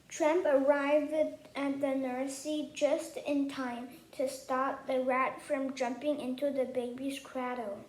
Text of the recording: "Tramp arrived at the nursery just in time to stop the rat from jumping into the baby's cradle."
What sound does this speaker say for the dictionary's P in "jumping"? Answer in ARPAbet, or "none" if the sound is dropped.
P